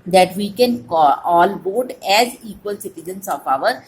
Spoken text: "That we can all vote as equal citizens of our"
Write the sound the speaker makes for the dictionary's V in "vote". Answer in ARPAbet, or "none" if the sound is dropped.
B